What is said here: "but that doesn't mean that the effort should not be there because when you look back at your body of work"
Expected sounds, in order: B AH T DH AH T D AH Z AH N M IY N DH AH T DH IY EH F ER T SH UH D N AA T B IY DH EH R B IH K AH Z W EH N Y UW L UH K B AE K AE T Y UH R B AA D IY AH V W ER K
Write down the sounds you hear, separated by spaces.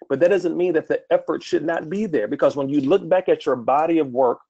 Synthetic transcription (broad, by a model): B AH T DH AH T D AH Z AH N M IY N DH AH T DH IY EH F ER T SH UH D N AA T B IY DH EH R B IH K AH Z W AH N Y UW L UH K B AE K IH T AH R B AA D IY AH V W ER K